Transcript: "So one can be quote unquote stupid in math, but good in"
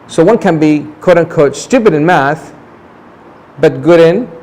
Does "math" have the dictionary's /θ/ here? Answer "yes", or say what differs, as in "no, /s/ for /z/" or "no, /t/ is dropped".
yes